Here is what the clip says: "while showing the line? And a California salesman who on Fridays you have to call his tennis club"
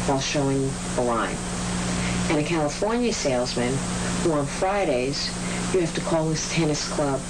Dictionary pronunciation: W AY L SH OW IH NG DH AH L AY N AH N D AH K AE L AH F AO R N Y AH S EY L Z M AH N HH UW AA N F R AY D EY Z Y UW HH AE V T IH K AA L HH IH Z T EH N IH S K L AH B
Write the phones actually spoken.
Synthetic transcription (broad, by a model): W AY L SH OW IH NG DH AH L AY N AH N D AH K AE L AH F AO R N Y AH S EY L Z M AH N HH UW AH N F R AY D EY Z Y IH HH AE F T IH K AA L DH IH S T EH N IH S K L AH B